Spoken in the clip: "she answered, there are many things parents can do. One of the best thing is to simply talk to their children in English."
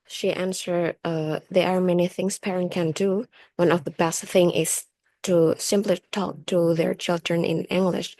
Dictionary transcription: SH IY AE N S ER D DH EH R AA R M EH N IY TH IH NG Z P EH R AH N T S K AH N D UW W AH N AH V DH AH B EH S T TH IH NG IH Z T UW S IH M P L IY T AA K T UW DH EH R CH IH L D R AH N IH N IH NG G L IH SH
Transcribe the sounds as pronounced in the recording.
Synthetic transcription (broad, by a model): SH IY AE N S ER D DH EH R AA R M EH N IY TH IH NG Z P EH R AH N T K AH N D UW W AH N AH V DH AH B EH S T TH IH NG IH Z T UW S IH M P L IY T AA K T UW DH EH R CH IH L D R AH N IH N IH NG G L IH SH